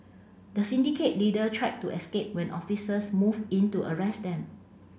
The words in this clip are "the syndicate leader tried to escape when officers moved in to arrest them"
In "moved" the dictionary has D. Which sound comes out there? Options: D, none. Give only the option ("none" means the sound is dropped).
none